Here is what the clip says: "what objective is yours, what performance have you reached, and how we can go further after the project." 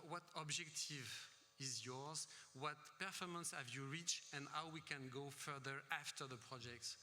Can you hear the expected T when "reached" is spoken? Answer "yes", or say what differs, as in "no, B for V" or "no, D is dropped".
no, T is dropped